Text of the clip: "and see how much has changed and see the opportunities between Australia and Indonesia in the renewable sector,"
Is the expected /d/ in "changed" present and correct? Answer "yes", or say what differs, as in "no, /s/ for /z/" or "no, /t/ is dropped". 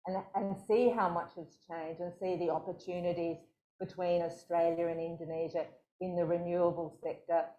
no, /d/ is dropped